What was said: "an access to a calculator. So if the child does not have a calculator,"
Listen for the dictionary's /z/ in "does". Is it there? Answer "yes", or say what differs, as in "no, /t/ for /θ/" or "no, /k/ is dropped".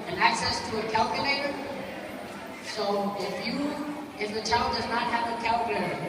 yes